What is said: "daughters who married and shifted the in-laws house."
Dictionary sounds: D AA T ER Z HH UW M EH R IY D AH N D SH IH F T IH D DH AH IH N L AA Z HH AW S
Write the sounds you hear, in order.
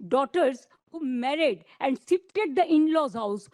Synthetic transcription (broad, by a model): D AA T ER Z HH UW M EH R IY D AH N D S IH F T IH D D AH IH N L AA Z HH AW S